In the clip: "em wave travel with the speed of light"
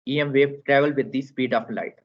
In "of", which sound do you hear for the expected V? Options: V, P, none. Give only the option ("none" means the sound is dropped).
P